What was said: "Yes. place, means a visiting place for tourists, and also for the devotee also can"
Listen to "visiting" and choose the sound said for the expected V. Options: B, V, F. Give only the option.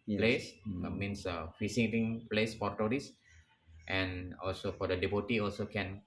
F